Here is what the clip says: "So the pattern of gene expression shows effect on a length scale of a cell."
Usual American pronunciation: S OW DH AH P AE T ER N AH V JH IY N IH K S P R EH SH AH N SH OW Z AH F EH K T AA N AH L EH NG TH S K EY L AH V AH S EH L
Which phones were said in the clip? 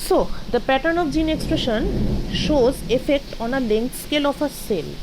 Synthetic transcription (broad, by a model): S OW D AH P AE T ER N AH F JH IY N IH K S P R EH SH AH N SH OW Z AH F EH K T AA N AH L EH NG T S K EY L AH F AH S EH L